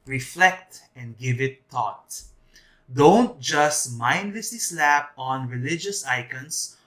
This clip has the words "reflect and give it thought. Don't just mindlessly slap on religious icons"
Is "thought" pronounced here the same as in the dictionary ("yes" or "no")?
no